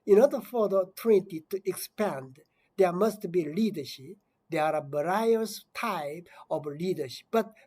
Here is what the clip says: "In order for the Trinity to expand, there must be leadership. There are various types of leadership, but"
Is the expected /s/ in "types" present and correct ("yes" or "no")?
no